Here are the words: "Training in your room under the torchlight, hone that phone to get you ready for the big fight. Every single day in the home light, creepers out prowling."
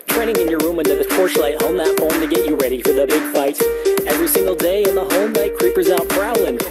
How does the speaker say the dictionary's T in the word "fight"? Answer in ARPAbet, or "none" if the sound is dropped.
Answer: T